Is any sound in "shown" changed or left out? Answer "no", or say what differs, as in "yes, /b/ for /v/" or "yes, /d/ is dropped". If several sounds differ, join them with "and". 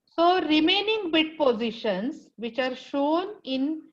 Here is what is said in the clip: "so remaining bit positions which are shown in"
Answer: no